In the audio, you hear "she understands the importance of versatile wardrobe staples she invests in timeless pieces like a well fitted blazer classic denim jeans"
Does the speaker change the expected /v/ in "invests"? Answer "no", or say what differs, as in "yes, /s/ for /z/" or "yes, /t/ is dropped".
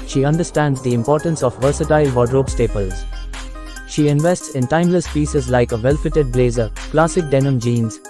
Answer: no